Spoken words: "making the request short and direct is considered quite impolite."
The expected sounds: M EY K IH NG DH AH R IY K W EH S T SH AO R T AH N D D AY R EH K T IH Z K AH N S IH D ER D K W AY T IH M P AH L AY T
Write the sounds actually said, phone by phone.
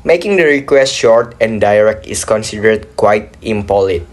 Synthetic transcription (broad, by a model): M EY K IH NG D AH R IY K W EH S T SH AO R T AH N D D AY R EH K T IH S K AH N S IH D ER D K W AY T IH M P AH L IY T